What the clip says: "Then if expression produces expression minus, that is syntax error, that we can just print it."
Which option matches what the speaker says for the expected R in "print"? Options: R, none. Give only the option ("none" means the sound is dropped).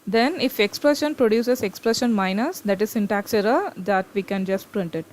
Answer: R